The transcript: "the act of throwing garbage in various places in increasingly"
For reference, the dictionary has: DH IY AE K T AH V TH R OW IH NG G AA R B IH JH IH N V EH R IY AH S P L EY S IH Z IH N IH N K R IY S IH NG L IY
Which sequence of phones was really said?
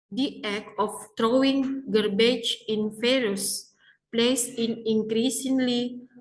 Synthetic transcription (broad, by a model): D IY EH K AH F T R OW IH NG G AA R B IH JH IH N F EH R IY S P L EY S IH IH N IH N K R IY S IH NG L IY